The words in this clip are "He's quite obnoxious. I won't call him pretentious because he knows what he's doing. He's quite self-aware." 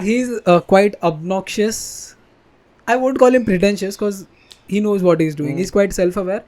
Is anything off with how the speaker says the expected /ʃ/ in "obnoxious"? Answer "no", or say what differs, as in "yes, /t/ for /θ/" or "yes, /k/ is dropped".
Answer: no